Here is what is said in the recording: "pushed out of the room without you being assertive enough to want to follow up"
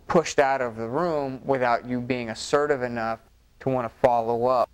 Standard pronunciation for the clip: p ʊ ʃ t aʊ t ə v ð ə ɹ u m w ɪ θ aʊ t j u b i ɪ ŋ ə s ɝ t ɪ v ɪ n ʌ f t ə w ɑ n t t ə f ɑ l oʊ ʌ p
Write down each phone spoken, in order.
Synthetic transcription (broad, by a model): p ʊ ʃ t aʊ t ə v ð ə ɹ u m w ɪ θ aʊ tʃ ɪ b i ɪ ŋ ə s ɝ t ɪ v ɪ n ʌ f t ə w ɑ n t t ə f ɑ l oʊ ʌ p